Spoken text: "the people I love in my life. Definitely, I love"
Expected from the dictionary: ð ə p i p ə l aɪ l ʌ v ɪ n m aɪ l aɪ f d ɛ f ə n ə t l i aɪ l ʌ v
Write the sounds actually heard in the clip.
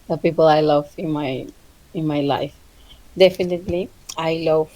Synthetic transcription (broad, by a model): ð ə p i p ə l aɪ l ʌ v ɪ n m aɪ l aɪ f d ɛ f ə n ə t l i aɪ l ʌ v